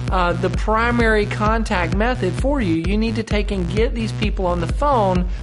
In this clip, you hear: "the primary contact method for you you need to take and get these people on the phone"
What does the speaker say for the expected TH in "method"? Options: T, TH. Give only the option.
TH